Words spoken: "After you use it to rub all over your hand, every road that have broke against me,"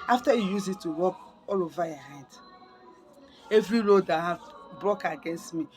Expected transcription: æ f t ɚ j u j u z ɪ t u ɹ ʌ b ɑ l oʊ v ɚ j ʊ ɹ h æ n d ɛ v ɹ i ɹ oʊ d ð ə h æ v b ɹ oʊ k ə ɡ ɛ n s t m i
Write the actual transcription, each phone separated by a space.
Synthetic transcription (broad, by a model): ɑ f t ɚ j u j u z ɪ t u w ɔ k ɑ l oʊ v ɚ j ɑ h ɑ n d ɛ v ɹ i ɹ oʊ d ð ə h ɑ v b ɹ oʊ k ə ɡ ɛ n s t m i